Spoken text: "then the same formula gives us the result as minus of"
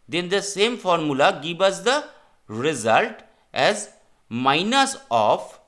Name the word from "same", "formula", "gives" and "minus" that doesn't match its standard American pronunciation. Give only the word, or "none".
gives